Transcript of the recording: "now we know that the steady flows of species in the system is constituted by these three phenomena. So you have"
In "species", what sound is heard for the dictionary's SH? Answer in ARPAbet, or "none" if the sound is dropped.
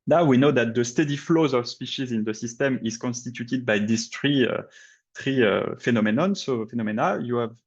SH